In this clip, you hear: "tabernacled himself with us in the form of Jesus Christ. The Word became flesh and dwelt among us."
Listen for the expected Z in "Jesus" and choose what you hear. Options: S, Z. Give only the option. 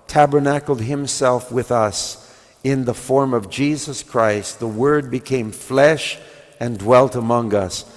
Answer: Z